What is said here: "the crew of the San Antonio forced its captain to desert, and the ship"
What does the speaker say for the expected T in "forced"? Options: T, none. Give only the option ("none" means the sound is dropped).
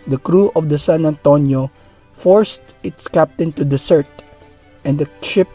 T